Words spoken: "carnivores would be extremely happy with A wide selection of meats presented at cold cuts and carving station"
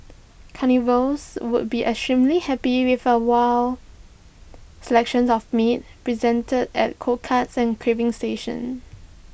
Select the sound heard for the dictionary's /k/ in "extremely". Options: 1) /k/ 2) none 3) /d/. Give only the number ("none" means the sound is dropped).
2